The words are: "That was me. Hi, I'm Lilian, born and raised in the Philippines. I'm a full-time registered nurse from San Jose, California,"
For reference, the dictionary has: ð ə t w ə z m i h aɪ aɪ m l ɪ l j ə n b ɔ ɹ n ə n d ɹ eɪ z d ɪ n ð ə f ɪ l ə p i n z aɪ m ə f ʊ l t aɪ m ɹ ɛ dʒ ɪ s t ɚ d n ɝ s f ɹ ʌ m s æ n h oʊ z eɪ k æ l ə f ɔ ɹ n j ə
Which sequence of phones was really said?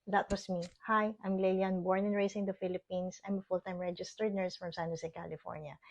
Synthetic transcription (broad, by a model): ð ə t w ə s m i h aɪ aɪ m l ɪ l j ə n b ɔ ɹ n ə n ɹ eɪ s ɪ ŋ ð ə f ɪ l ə p i n s aɪ m ə f ʊ l t aɪ m ɹ ɛ dʒ ɪ s t ɚ d n ɝ s f ɹ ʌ m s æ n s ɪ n k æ l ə f ɔ ɹ n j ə